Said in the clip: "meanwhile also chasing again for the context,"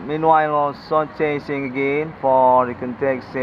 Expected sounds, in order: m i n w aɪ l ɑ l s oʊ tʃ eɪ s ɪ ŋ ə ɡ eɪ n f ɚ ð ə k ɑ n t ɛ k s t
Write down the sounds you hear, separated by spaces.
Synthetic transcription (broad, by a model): m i n w aɪ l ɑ s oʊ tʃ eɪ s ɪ ŋ ə ɡ eɪ n f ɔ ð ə k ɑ n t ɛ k s